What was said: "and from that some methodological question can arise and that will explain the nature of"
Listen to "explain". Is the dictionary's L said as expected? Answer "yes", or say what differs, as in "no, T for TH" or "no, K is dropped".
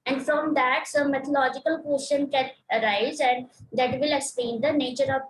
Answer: no, L is dropped